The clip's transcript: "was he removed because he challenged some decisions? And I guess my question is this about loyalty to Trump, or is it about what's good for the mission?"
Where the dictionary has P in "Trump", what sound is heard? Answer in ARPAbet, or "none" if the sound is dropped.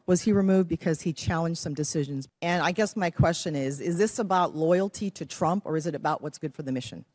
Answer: P